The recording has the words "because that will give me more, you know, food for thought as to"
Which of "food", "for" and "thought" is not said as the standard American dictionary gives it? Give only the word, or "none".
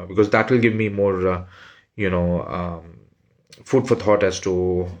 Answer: thought